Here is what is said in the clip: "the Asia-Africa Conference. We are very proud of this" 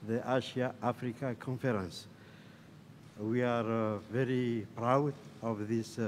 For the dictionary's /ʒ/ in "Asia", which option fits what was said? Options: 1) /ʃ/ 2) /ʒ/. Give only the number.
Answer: 1